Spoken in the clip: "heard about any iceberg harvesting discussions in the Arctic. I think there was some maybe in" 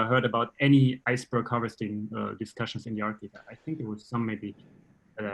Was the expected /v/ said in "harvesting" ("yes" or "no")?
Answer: no